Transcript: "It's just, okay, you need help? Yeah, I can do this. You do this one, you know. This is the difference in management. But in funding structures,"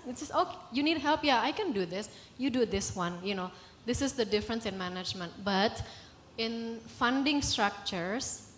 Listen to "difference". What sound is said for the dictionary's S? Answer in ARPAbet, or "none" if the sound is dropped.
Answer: S